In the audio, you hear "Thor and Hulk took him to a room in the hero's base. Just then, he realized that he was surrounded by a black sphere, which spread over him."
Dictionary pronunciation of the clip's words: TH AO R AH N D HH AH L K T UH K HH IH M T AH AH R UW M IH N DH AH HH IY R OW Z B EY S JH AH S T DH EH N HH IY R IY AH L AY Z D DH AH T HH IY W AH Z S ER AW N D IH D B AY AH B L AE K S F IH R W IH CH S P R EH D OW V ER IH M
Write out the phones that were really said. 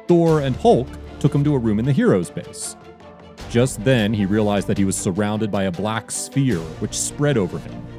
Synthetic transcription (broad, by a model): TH AO R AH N HH AH L K T UH K HH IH M T AH AH R UW M IH N DH AH HH IY R OW Z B EY S JH AH S T DH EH N IY R IY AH L AY Z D DH AH T HH IY W AH Z S ER AW N D IH D B AY AH B L AE K S F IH R W IH CH S P R EH D OW V ER IH M